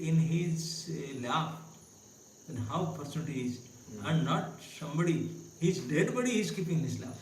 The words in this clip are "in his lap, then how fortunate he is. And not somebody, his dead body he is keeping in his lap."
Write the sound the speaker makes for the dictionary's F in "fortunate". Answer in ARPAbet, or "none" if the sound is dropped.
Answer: P